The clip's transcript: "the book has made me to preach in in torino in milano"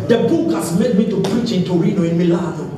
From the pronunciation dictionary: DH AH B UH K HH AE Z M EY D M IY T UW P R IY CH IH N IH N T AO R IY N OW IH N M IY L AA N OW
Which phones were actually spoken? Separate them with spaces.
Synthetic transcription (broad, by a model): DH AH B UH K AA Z M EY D M IY T UW P R IY CH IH IH N T AO R IY N OW IH N M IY L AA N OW